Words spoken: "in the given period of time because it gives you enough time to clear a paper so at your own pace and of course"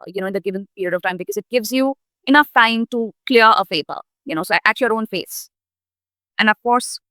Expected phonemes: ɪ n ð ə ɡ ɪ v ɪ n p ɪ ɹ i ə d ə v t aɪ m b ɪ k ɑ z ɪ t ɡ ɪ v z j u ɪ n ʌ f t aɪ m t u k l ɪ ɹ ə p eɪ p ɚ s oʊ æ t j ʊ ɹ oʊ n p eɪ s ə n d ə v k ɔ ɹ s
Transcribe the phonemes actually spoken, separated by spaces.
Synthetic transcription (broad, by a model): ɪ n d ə ɡ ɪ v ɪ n p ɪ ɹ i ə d ə v t aɪ m b ɪ k ɑ z ɪ t ɡ ɪ v z j u ɪ n ʌ f t aɪ m t u k l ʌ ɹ ə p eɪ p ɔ s oʊ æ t j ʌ ɹ oʊ n f eɪ s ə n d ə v k ɔ ɹ s